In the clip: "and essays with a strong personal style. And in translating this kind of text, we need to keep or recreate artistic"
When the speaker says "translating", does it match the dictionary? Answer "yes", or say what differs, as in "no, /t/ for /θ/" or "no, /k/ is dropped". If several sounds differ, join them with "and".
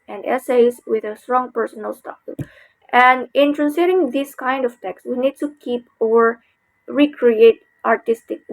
no, /l/ is dropped